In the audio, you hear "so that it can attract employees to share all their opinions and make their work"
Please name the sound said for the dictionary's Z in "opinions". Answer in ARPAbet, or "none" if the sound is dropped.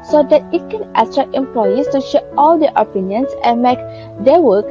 S